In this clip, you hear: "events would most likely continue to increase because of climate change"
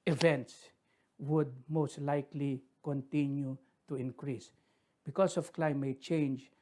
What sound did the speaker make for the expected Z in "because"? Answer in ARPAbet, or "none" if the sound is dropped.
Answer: S